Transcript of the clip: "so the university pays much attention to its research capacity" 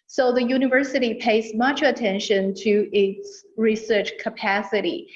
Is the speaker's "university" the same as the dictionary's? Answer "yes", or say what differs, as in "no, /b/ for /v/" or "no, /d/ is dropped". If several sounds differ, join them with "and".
yes